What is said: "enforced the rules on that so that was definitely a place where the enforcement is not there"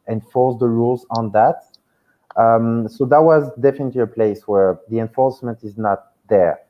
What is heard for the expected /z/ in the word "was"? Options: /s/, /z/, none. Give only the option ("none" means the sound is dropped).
/z/